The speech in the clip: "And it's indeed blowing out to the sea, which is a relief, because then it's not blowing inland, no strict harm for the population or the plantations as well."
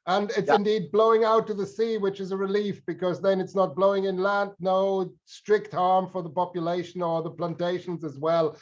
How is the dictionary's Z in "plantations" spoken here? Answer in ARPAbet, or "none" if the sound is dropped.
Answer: Z